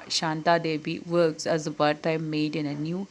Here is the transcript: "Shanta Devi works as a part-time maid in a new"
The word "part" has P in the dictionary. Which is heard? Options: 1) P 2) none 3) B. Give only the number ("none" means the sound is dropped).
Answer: 3